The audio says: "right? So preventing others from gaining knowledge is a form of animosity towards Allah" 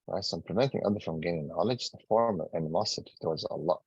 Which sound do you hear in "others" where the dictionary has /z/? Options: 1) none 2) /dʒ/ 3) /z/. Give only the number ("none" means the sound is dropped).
1